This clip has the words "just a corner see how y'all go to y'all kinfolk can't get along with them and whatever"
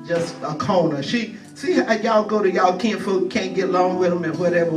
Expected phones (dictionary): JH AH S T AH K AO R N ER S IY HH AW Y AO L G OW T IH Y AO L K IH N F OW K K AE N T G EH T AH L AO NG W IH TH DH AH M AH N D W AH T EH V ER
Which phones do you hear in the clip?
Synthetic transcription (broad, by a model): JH AH S T AH K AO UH N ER SH IY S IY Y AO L G OW T IH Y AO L K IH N F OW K K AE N G EH T L AO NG W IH DH AH M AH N W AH T EH V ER